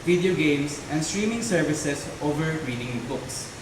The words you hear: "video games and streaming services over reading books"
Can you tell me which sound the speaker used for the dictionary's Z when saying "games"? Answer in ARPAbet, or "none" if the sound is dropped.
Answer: S